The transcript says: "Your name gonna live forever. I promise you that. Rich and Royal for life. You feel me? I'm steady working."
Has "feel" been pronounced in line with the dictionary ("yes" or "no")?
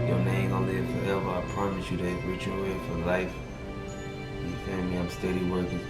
no